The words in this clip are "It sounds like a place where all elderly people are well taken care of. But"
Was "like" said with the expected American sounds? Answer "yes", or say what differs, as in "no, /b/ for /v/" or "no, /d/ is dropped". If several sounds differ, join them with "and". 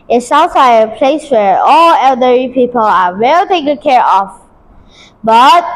no, /k/ is dropped